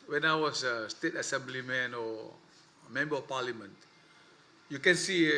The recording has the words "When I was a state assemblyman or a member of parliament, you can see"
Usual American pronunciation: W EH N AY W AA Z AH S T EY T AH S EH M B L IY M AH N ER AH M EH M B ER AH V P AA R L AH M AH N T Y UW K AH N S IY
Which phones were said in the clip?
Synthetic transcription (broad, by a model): W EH N AY W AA S AH S T EY T AH S EH M B L IY M AH N AH M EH M B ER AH F P AA L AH M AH N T Y UW K AH N S IY